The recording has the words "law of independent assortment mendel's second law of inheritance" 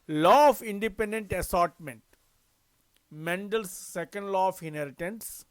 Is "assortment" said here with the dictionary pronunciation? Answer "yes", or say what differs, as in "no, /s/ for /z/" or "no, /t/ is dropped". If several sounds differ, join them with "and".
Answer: yes